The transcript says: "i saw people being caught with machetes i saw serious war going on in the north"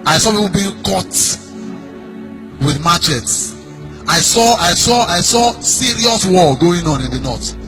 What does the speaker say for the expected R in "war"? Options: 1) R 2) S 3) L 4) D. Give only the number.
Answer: 3